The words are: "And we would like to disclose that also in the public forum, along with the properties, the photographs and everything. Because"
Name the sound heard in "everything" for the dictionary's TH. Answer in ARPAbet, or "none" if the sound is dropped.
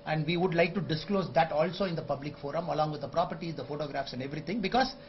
T